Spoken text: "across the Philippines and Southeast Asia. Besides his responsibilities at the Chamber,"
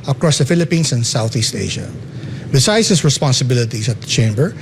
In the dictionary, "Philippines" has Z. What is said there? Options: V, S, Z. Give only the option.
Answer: S